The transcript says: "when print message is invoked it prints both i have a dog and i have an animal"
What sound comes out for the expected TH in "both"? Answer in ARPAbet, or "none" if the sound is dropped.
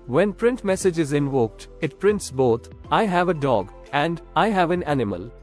T